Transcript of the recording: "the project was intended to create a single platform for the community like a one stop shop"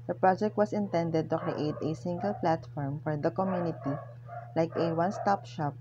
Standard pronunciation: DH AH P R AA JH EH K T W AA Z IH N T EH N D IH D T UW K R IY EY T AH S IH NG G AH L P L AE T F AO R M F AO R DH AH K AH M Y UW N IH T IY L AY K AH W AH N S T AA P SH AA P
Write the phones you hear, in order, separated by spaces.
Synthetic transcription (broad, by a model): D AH P R AA JH EH K T W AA S IH N T EH N D IH D T UW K R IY EY T AH S IH NG G AH L P L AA T F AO R M F AO R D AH K AH M Y UW N IH T IY L AY K AH W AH N S T AA P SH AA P